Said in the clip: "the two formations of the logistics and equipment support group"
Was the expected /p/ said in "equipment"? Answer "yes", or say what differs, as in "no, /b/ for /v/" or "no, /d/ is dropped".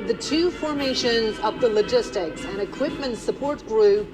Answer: yes